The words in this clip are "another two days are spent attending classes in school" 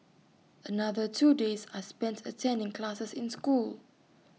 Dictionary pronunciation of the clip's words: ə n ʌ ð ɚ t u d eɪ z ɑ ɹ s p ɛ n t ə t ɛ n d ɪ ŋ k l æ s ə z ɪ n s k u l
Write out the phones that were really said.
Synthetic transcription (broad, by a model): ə n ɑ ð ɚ t u d eɪ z ɑ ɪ s p ɛ n t ə t ɛ n d ɪ ŋ k l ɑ s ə s ɪ n s k u l